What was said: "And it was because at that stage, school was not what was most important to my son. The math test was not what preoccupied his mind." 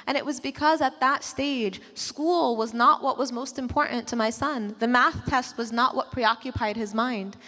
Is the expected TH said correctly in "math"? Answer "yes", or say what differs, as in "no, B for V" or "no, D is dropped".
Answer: yes